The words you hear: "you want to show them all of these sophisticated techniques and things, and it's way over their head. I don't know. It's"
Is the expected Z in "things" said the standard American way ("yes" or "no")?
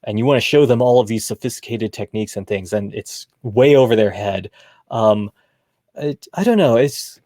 yes